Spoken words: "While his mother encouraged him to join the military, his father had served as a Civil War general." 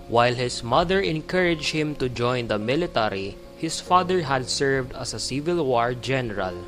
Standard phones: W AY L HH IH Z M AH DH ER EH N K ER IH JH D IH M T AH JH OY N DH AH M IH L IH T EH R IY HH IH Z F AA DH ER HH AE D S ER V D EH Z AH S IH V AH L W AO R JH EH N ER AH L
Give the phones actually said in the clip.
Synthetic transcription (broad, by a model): W AY L HH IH S M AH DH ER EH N K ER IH JH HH IH M T AH JH OY N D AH M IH L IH T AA R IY HH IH S F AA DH ER HH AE D S ER V D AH S AH S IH V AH L W AO R JH EH N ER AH L